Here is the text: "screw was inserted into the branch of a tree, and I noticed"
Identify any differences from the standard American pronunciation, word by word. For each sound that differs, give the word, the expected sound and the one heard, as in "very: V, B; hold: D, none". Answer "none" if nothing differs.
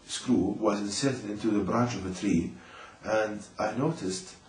none